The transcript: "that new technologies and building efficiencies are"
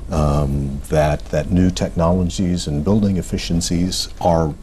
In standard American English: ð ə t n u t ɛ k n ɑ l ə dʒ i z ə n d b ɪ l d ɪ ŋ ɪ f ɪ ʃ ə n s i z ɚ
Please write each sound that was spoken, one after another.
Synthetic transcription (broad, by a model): ð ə t n u t ɛ k n ɑ l ə dʒ i z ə n b ɪ l d ɪ ŋ ɪ f ɪ ʃ ə n s i z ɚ